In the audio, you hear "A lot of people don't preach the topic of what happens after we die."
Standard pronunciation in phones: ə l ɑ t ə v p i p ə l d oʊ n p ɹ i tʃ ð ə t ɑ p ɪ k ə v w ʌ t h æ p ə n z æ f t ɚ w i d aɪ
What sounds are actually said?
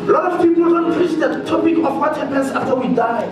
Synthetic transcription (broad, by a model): l ɑ t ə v p i p ə l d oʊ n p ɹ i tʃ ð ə t ɑ p ɪ k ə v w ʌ t h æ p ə n s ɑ f t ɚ w i d aɪ